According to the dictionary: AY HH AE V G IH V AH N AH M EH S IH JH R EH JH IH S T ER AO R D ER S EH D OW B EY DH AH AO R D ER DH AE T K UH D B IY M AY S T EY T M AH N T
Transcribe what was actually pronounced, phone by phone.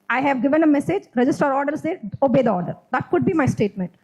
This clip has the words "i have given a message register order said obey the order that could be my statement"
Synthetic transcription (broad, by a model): AY HH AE V G IH V AH N AH M EH S IH JH R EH JH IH S T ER AO R D ER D EH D OW B EY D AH AO R D ER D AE T K UH D B IY M AY S T EY T M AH N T